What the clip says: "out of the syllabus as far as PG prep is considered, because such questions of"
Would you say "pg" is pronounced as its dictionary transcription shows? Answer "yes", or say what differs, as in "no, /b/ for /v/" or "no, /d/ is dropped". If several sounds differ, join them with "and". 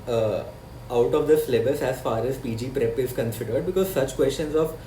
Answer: yes